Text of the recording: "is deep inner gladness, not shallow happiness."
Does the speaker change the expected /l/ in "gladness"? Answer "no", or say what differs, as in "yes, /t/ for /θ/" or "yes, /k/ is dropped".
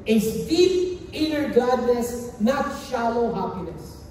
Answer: yes, /l/ is dropped